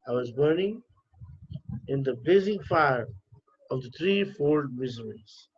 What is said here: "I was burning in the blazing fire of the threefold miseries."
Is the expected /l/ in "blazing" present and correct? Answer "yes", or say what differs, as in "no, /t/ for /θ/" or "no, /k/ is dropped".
no, /l/ is dropped